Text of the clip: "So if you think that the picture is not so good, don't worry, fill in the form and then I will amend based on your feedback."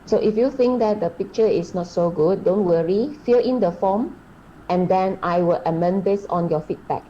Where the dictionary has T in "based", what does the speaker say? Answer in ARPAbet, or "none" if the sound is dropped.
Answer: none